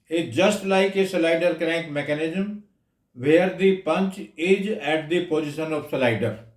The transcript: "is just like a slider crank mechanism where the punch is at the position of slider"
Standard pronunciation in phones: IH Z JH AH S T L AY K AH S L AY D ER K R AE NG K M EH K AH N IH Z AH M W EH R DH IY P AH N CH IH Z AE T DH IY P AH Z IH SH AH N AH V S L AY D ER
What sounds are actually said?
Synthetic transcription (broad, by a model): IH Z JH AH S T L AY K AH S L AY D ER K R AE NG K M EH K AH N IH Z AH M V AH R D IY P AH N CH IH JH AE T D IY P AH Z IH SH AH N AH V S L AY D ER